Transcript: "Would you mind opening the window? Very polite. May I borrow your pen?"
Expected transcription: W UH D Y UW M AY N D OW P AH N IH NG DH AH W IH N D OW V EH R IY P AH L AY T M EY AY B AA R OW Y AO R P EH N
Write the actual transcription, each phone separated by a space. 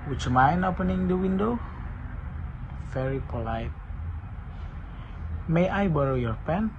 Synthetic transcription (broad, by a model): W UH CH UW M AY N OW P AH N IH NG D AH W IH N D OW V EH R IY P AH L AY T M EY AY B AA R OW Y AO R P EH N